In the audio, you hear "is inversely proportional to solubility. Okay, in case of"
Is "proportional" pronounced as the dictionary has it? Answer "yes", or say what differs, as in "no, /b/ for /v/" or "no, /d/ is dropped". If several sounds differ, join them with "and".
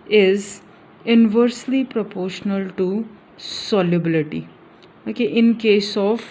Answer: yes